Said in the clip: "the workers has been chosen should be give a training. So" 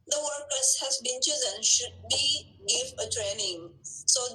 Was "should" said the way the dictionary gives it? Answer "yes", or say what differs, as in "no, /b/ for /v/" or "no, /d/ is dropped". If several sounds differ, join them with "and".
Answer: yes